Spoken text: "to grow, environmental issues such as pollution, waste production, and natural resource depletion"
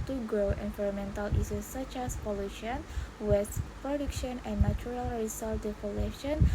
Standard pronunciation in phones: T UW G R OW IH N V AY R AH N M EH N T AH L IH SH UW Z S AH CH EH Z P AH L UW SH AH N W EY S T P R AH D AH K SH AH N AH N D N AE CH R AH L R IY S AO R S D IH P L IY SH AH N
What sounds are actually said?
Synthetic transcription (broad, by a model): T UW G R OW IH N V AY R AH M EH N T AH L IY S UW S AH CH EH S P AH L UW SH AH N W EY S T P R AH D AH K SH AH N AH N N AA CH R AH L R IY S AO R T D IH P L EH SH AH N